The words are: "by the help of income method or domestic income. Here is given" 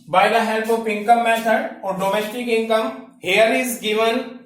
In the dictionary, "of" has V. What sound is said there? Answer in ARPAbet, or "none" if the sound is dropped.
P